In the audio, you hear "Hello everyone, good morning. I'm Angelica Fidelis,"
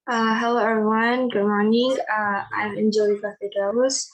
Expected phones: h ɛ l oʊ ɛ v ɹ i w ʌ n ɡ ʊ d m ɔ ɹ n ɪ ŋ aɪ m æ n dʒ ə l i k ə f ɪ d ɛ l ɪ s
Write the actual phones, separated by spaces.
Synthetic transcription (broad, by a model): h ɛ l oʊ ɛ ɹ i w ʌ n ɡ ʊ d m ɔ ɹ n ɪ ŋ aɪ m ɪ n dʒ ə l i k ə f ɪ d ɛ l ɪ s